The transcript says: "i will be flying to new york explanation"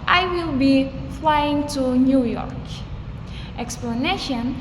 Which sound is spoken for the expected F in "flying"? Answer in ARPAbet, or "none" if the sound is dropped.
F